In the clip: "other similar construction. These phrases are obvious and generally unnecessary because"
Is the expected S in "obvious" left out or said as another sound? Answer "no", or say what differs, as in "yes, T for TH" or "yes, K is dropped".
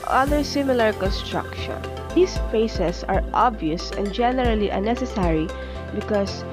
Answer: no